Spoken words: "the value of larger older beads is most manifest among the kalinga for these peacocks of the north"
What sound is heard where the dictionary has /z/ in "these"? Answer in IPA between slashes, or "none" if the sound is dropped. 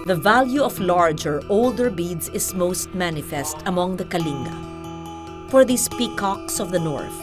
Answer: /s/